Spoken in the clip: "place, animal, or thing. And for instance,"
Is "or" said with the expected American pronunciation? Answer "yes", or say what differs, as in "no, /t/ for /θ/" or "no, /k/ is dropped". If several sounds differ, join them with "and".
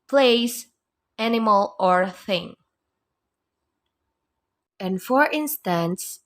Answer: yes